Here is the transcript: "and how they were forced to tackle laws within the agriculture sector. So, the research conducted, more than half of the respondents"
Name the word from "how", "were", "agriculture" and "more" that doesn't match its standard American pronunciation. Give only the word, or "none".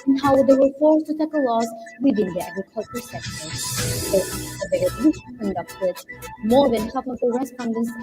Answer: none